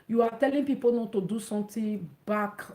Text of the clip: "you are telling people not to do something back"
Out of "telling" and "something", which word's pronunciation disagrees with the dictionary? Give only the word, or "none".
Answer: something